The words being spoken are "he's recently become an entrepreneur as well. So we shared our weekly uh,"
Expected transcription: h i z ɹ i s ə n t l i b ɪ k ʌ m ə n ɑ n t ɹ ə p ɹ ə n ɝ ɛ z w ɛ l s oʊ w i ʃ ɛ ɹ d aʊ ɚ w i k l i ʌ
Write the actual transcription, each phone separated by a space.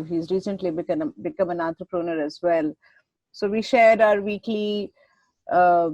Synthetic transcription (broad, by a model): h i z ɹ i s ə n t l i b ɪ k ʌ m ə n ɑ t ɹ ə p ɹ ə n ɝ ɛ z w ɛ l s oʊ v i ʃ ɛ ɹ d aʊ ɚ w i k l i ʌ